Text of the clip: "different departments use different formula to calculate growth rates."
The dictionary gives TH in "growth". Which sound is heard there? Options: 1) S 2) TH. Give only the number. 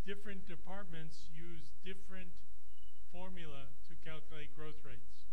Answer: 2